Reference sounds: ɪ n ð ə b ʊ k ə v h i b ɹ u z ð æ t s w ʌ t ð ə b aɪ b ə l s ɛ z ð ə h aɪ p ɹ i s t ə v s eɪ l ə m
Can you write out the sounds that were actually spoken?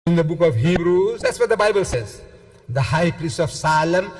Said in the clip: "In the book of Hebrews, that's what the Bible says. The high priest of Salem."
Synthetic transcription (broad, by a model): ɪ n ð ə b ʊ k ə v h i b ɹ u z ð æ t s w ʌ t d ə b aɪ b ə l s ɛ z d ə h aɪ p ɹ i s t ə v s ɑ l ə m